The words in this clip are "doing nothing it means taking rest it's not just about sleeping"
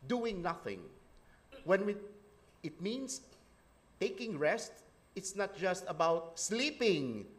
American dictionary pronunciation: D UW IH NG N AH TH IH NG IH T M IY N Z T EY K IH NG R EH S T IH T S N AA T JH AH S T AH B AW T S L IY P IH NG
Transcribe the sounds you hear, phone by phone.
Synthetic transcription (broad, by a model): D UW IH NG N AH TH IH NG IH T M IY N S T EY K IH NG R EH S T IH T S N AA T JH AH S T AH B AW T S L IY P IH NG